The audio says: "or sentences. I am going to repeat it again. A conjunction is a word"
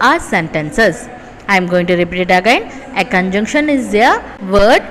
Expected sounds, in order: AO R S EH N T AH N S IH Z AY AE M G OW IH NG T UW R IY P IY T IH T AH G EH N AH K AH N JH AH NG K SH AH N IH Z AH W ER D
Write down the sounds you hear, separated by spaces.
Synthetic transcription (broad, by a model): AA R S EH N T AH N S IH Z AY M G OW IH NG T UW R IY P IY T IH T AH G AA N AH K AH N JH AH NG K SH AH N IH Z AH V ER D